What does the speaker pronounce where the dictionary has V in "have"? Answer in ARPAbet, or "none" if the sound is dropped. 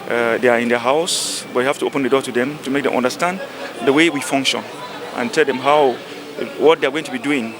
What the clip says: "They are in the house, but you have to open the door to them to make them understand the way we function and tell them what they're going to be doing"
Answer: F